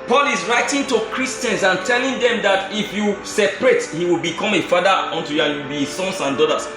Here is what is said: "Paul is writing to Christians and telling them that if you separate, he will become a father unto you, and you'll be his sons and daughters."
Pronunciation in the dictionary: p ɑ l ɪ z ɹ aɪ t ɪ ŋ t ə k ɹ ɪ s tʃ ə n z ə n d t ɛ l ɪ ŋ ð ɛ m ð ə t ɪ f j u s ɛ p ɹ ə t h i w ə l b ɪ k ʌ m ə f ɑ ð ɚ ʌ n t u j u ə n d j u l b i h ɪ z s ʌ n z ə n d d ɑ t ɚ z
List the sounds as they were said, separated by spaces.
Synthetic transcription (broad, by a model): p ɑ l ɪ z ɹ aɪ t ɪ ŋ t ə k ɹ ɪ s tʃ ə n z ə n t ɛ l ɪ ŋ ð ɛ m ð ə t ɪ f j u s ɛ p ɹ ə t h i w ə l b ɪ k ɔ m ə f ɑ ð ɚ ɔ n t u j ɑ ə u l b i s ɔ n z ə n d d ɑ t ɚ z